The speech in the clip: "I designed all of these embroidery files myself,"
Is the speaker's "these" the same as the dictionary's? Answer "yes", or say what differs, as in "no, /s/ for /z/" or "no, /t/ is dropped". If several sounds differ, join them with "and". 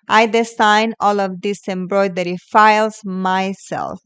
no, /s/ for /z/